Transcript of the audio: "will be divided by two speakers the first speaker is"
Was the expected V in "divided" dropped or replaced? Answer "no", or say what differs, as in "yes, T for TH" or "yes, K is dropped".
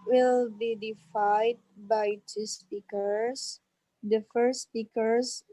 yes, F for V